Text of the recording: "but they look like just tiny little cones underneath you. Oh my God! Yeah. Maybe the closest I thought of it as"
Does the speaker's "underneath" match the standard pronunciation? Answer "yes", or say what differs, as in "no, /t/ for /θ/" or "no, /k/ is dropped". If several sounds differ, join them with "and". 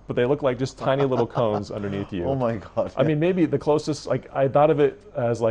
yes